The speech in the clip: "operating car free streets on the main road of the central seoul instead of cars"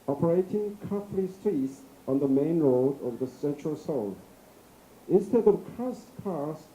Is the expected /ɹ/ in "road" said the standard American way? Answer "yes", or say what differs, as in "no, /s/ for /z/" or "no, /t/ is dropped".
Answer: yes